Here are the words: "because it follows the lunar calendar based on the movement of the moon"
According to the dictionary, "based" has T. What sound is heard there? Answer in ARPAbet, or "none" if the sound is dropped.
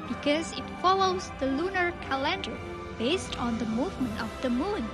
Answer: T